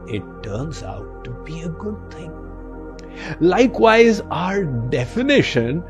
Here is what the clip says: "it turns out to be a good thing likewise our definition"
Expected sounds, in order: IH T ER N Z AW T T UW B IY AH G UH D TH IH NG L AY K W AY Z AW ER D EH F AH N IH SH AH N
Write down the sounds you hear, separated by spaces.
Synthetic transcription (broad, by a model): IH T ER N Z AW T T UW B IY AH G UH D T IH NG L AY K W AY Z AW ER D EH F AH N IH SH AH N